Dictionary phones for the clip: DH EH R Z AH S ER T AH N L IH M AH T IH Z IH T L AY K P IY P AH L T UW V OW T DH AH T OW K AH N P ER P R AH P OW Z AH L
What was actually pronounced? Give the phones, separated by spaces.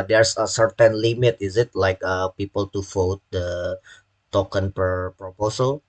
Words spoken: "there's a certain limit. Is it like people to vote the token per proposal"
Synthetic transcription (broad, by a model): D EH R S AH S ER T AH N L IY M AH T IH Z IH T L AY K P IY P AH L T UW F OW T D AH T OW K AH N P ER P R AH P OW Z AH L